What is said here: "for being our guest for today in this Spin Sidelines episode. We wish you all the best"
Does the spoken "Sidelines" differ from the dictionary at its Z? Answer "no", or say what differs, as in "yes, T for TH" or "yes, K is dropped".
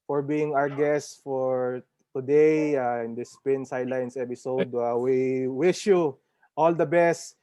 yes, S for Z